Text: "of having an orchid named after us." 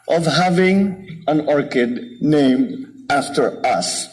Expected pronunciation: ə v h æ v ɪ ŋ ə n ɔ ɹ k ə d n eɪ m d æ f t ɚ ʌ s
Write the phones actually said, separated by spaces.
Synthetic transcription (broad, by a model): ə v h æ v ɪ ŋ ə n ɔ ɹ k ə d n eɪ m d æ f t ɚ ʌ s